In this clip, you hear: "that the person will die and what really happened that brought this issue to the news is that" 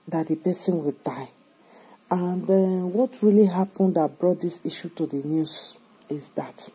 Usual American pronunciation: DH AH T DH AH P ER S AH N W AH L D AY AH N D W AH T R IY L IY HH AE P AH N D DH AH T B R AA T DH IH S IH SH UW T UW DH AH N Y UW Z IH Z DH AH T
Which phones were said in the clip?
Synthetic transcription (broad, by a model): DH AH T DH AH P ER S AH N W AH L D AY AH N D W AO T R IY L IY HH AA P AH N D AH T B R AA T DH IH S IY SH UW T UW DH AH N Y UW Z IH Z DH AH T